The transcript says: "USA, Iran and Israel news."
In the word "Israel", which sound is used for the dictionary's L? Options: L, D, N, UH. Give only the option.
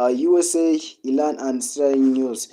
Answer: N